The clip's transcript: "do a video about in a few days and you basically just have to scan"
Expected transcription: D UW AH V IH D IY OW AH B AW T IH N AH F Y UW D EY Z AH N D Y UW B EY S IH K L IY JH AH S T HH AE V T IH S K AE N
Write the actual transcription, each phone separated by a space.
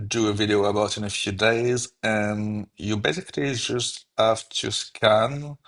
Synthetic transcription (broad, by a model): D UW AH V IH D IY OW AH B AW T IH N AH F Y UW D EY Z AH N Y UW B EY S IH K L IY JH AH S T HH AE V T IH S K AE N